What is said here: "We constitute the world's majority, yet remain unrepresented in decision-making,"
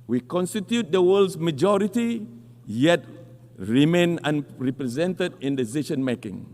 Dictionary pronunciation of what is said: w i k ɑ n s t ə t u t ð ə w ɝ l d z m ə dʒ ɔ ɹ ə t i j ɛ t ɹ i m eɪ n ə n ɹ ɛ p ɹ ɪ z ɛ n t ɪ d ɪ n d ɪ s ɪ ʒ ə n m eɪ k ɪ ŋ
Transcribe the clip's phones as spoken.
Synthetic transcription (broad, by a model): w i k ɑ n s t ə t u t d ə w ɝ l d s m ə dʒ ɔ ɹ ə t i j ɛ t ɹ i m eɪ n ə n ɹ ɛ p ɹ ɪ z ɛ n t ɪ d ɪ n d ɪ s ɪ ʃ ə n m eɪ k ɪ ŋ